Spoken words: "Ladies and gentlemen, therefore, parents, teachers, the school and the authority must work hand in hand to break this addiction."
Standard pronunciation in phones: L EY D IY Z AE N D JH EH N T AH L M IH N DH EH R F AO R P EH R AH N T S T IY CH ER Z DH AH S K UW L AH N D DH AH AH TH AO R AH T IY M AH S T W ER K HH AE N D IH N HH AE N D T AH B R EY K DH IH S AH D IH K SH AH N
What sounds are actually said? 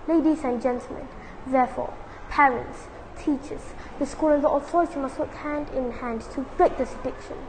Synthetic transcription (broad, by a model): L EY D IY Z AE N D JH EH N T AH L M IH N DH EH F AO P EH R AH N T S T IY CH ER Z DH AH S K UW L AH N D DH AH AH TH AO R AH T IY M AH S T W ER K HH AE N D IH N HH AE N D T AH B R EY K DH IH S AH D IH K SH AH N